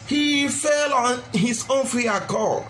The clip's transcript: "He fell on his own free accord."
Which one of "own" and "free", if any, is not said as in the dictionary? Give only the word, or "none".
free